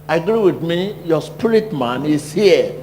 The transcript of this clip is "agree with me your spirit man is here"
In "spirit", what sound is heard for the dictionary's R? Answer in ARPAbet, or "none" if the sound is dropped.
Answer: L